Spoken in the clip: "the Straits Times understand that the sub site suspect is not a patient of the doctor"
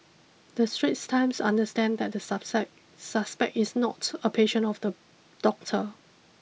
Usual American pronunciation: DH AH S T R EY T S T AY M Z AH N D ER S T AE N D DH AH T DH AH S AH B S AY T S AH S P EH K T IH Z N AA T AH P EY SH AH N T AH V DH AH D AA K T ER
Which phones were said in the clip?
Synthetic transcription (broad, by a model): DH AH S T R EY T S T AY M S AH N D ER S T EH N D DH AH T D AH S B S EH S AH S P EH K T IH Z N AA T AH P EY SH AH N AH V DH AH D AA K T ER